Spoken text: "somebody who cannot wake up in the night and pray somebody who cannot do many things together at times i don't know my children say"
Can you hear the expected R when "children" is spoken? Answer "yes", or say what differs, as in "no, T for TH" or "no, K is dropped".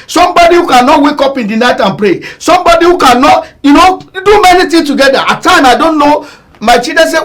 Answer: no, R is dropped